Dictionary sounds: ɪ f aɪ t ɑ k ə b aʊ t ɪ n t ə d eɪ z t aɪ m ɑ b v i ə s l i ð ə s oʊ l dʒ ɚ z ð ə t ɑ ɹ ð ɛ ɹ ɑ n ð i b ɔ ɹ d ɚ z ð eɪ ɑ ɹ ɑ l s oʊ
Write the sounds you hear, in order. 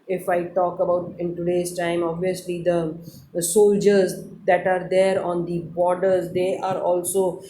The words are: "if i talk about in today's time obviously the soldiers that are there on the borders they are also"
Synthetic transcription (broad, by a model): ɪ f aɪ t ɑ k ə b aʊ t ɪ n t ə d eɪ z t aɪ m ɑ b v i ə s l i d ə s oʊ l dʒ ɚ z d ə t ɑ ɹ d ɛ ɹ ɑ n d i b ɔ ɹ d ɚ z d eɪ ɑ ɹ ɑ l s oʊ